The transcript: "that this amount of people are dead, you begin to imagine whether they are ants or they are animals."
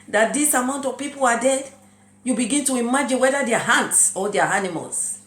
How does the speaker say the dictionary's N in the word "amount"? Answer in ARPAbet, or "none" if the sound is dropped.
N